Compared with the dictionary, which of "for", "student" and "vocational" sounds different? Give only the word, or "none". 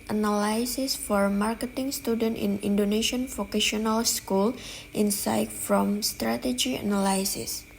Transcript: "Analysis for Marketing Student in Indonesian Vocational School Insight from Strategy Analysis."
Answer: vocational